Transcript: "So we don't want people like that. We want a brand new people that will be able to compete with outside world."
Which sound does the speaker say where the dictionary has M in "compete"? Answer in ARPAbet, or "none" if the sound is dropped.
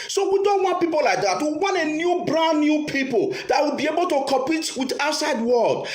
none